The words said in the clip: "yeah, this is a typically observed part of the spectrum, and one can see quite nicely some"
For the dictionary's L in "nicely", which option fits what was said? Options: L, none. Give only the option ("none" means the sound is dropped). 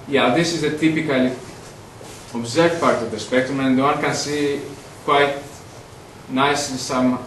none